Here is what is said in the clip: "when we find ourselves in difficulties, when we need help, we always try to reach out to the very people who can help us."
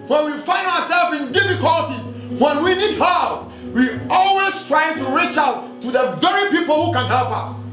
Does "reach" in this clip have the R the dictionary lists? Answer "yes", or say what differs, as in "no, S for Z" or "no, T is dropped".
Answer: yes